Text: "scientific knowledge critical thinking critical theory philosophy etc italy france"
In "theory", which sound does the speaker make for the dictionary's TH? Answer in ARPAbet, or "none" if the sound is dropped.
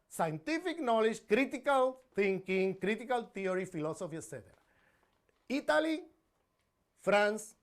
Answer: T